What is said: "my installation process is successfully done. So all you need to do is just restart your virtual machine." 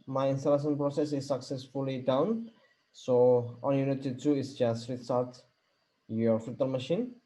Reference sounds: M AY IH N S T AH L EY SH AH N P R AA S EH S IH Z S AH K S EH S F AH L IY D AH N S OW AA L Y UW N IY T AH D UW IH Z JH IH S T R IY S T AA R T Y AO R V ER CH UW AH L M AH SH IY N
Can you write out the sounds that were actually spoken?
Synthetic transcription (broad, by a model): M AY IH N S T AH L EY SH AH N P R AA S EH S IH S AH K S EH S F AH L IY D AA N S OW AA N Y UW N IY T AH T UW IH S JH IH S T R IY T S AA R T Y AO R F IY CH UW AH L M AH SH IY N